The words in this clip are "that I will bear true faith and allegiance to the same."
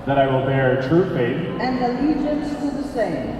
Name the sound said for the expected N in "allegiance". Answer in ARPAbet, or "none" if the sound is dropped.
none